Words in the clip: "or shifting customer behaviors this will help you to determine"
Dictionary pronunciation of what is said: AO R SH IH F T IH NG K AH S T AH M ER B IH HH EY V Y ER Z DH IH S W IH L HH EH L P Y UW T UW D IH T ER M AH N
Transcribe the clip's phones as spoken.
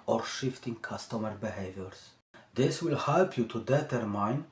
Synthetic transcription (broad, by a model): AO R SH IH F T IH NG K AH S T AH M ER B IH HH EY V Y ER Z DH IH S W IH L HH EH L P Y UW T UW D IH T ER M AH N